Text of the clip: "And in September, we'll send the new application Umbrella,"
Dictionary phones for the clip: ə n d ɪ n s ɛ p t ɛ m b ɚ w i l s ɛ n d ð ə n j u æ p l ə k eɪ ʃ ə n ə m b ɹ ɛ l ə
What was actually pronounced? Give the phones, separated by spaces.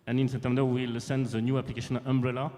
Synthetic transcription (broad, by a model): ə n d ɪ n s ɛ t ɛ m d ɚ w i l s ɛ n d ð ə n j u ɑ p l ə k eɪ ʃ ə n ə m b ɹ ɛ l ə